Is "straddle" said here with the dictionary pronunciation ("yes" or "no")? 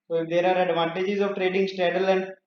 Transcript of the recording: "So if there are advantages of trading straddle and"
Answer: no